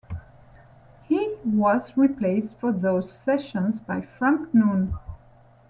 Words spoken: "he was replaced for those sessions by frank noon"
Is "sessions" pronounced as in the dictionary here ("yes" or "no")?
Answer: yes